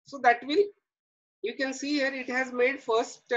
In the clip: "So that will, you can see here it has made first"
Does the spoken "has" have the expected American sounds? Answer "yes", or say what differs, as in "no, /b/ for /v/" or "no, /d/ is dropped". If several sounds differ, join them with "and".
yes